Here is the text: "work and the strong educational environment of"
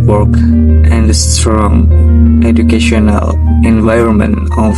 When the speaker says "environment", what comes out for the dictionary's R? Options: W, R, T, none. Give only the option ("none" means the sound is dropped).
R